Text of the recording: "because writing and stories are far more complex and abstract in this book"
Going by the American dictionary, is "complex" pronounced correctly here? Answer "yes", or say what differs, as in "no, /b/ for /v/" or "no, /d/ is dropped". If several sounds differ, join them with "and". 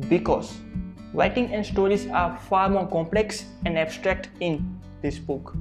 yes